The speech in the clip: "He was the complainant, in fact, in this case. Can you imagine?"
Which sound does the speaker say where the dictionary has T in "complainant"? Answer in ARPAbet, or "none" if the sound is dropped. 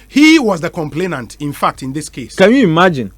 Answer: T